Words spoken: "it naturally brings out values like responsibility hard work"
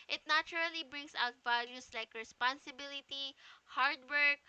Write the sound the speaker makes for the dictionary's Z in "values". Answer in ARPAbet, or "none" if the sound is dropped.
S